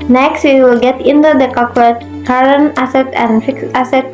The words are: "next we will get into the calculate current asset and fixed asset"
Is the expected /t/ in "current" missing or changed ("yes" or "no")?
yes